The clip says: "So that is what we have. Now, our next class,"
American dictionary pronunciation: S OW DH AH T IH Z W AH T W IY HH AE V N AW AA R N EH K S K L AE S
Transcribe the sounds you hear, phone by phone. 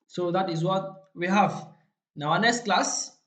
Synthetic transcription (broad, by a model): S OW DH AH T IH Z W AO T W IY HH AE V N AW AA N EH S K L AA S